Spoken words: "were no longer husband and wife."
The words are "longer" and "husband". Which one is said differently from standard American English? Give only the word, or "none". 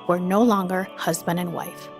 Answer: none